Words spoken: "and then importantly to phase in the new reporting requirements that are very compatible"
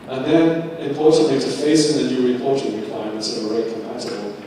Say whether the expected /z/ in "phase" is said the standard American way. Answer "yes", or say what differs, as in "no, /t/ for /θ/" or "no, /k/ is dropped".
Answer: no, /s/ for /z/